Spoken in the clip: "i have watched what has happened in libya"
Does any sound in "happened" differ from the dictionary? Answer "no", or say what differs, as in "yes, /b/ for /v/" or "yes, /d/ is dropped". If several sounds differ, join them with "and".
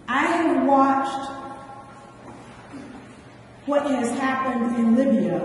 no